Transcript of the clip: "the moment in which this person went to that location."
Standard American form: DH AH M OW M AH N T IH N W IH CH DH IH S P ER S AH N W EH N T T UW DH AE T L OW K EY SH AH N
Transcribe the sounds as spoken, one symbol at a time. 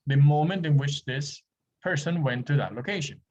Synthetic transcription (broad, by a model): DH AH M OW M AH N T IH N W IH CH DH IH S P ER S AH N W EH N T T UW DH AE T L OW K EY SH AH N